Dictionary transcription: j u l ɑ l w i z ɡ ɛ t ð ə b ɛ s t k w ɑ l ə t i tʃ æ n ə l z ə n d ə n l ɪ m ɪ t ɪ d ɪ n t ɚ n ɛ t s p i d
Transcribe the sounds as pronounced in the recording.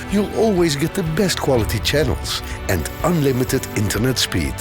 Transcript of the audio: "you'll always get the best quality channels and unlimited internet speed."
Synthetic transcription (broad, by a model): j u l ɑ l w i z ɡ ɛ t ð ə b ɛ s t k w ɑ l ə t i tʃ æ n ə l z ə n d ə n l ɪ m ɪ t ɪ d ɪ n t ɚ n ɛ t s p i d